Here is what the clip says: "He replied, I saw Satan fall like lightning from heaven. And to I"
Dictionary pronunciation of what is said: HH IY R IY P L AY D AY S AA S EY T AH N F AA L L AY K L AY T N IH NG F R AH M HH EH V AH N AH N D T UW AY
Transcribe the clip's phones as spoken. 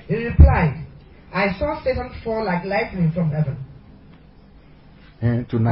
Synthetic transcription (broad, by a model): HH IY R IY P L AY D AY S AA S EY T AH N F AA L L AY K L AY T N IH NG F R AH M HH EH V AH N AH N T UW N